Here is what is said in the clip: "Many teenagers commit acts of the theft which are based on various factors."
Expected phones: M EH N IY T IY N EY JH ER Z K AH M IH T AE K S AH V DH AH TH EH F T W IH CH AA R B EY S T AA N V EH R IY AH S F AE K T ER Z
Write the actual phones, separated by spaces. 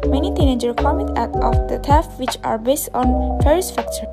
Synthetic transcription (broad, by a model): M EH N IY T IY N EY JH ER K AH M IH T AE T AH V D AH T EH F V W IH CH AA R B EY S T AA N F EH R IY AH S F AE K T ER